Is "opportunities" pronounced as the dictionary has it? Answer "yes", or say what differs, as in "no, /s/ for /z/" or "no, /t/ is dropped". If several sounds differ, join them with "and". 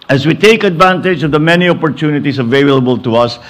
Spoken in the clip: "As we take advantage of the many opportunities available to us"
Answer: no, /s/ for /z/